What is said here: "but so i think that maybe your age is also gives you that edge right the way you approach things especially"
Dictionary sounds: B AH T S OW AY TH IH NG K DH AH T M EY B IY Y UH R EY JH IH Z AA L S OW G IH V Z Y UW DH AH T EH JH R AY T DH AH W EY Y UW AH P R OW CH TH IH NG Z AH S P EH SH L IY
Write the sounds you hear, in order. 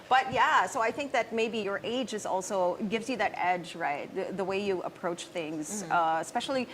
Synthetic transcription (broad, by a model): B AH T S OW AY TH IH NG K DH AH T M EY B IY Y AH R EY JH IH Z AA L S OW G IH V Z Y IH DH AH T EH JH R AY T DH AH W EY Y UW AH P R OW CH TH IH NG Z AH S P EH SH L IY